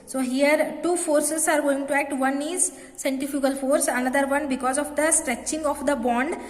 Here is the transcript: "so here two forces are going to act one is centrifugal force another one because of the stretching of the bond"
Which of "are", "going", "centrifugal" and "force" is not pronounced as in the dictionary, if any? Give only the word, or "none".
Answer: centrifugal